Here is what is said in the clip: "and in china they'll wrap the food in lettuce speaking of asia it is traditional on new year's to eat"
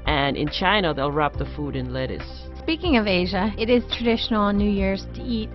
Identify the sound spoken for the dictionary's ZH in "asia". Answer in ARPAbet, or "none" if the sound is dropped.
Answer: ZH